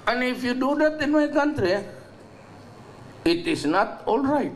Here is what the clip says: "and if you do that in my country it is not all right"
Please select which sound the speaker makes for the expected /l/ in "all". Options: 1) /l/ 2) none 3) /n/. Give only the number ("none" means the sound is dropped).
1